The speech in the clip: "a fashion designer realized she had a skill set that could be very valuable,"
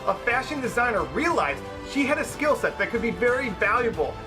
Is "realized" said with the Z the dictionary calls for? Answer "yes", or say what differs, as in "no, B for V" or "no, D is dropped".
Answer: yes